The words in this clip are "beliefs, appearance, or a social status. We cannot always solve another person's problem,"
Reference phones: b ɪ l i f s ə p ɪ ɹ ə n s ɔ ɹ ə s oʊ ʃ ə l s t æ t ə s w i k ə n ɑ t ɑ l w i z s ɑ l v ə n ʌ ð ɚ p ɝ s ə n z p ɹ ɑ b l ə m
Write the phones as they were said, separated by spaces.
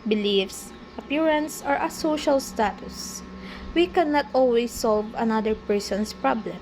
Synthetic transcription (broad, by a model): b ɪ l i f s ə p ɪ ɹ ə n s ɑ ɹ ə s oʊ ʃ ə l s t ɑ t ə s w i k ə n ɑ t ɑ l w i s ɑ l v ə n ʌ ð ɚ p ɝ s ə n s p ɹ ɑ b l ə m